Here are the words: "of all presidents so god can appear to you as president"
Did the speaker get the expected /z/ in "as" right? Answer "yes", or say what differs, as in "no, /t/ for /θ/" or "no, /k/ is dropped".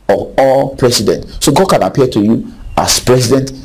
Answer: no, /s/ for /z/